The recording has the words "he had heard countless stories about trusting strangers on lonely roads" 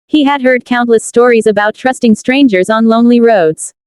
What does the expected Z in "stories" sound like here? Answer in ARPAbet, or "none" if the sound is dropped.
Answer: Z